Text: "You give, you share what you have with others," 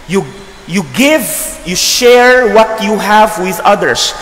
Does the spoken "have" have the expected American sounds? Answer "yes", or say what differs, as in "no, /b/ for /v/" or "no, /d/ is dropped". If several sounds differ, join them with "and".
yes